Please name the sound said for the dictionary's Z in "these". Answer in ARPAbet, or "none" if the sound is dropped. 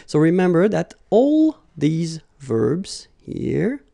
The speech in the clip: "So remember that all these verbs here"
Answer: Z